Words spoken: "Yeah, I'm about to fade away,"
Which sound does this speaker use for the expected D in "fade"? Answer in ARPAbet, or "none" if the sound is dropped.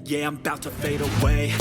D